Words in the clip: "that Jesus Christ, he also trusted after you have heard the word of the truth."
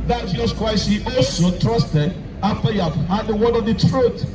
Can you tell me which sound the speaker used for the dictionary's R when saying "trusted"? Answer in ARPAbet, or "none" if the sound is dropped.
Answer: R